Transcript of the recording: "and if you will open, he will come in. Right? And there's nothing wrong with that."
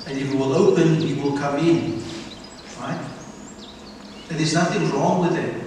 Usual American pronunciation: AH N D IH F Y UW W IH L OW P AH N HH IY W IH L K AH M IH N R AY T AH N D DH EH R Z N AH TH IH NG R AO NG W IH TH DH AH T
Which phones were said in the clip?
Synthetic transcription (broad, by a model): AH N Y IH W IH L OW P AH N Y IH W IH L K AH M IH N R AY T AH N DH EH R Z N AH TH IH NG R AO NG W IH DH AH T